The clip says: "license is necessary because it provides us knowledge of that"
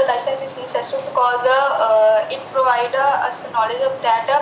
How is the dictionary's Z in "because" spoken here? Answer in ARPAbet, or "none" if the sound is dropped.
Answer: none